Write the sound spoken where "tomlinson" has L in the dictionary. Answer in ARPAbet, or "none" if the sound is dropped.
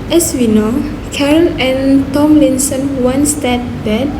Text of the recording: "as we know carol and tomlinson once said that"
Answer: L